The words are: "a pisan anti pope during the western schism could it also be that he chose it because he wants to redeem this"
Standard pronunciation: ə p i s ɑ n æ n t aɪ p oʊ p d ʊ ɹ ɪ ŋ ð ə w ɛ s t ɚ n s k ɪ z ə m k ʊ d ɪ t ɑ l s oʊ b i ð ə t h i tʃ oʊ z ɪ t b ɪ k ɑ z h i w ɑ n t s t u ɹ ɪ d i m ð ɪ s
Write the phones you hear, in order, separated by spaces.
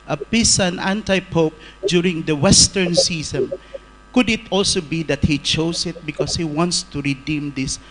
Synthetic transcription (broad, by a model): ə p i s ɑ n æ n t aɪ p oʊ p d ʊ ɹ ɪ ŋ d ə w ɛ s t ɚ n s i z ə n k ʊ d ɪ t ɑ l s oʊ b i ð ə t h i tʃ oʊ s ɪ t b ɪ k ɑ s h i w ɑ n t s t u ɹ ɪ d i m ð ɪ s